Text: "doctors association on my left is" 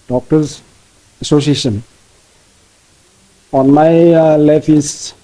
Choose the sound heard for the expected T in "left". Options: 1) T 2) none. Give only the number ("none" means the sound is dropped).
2